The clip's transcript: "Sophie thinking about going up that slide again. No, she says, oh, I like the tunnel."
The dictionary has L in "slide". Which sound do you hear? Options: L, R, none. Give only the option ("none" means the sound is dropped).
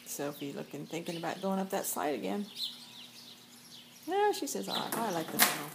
none